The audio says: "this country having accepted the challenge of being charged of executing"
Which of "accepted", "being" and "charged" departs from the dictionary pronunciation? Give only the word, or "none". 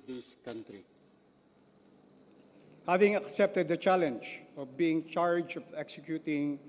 charged